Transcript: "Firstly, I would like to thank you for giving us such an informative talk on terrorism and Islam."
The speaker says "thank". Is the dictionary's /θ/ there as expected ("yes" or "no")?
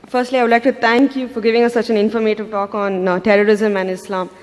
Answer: no